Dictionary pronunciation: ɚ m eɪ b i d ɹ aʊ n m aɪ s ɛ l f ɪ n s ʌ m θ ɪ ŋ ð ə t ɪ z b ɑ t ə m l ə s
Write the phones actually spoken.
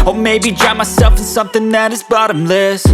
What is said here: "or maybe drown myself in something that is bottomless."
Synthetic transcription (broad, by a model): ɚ m eɪ b i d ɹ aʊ m aɪ s ɛ l f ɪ n s ʌ m θ ɪ ŋ ð ə t ɪ z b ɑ t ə m l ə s